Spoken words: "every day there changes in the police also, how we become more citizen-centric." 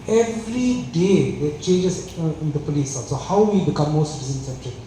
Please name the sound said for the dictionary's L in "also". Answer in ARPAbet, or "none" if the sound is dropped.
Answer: none